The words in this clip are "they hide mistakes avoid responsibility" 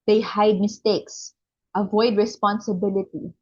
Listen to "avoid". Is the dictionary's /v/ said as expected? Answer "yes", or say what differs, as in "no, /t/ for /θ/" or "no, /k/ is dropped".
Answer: yes